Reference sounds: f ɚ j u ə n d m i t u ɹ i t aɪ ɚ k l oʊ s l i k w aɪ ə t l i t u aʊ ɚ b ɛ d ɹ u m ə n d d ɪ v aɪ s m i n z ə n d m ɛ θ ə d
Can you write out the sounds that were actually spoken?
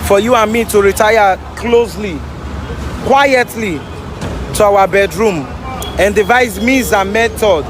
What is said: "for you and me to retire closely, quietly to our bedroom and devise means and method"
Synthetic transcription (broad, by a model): f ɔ j u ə n m i t u ɹ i t aɪ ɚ k l oʊ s l i k w aɪ ə t l i t u aʊ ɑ b ɛ d ɹ u m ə n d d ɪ v aɪ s m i z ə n m ɛ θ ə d